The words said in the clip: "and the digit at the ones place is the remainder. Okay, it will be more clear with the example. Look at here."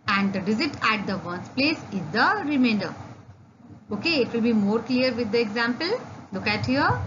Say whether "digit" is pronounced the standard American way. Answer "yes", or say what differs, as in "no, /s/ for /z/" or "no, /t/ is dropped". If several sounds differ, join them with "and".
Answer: no, /z/ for /dʒ/